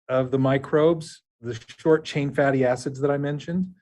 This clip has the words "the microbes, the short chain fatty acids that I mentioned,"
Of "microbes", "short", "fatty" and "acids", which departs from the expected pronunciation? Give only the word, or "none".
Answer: none